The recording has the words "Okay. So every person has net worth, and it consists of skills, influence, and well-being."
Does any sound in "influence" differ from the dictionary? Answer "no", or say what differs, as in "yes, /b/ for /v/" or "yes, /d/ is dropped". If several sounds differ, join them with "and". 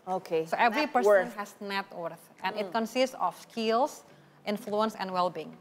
no